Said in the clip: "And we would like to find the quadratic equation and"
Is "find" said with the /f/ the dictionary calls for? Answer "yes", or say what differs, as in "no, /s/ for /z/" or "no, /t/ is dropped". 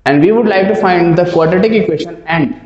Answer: yes